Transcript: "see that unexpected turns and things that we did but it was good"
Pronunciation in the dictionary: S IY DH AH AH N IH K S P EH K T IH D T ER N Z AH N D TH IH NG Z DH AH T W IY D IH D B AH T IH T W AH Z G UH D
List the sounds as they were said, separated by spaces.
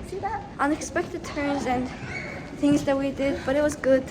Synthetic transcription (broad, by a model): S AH AH N IH K S P EH K T IH D T ER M Z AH N TH IH NG Z DH AH T W IY D IH D B AH T IH T W AH Z G UH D